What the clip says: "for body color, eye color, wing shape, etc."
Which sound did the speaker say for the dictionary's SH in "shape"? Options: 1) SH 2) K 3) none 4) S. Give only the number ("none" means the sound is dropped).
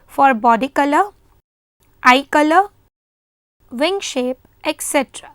1